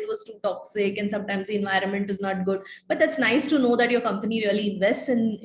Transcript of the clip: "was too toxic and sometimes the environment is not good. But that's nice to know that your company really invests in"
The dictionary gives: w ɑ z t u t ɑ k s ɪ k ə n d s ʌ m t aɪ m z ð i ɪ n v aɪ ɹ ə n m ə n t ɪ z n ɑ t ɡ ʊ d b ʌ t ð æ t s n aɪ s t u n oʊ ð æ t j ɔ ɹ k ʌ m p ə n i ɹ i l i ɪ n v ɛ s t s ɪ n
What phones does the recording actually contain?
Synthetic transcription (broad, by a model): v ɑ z t u t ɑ k s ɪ k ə n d s ʌ m t aɪ m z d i ɪ n v aɪ ɹ ə n m ə n t ɪ z n ɑ t ɡ ʊ d b ʌ t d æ t s n aɪ s t u n oʊ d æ t j ɔ ɹ k ʌ m p ə n i ɹ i l i ɪ n v ɛ s t s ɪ n